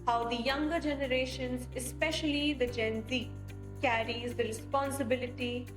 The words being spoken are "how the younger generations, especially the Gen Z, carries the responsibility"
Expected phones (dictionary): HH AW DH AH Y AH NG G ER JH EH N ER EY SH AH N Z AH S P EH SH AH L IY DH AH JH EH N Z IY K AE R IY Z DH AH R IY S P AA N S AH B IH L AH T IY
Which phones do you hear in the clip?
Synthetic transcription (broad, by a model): HH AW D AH Y AH NG G ER JH EH N ER EY SH AH N Z AH S P EH SH AH L IY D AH JH EH N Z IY K AE R IY Z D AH R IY S P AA N S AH B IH L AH T IY